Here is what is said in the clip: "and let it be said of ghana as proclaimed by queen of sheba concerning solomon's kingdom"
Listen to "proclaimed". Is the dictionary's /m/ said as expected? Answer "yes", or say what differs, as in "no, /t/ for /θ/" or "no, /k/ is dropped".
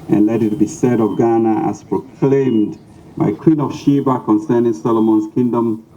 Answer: yes